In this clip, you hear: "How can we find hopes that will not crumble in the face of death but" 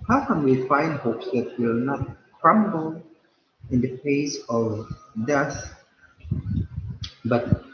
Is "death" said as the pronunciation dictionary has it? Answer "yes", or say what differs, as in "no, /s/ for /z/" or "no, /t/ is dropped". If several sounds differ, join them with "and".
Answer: no, /s/ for /θ/